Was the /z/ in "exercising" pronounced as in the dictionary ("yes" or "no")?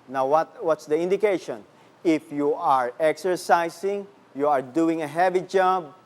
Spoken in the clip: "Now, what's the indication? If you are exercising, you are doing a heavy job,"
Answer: no